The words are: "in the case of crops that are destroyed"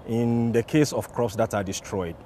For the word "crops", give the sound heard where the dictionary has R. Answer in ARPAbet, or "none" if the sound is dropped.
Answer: R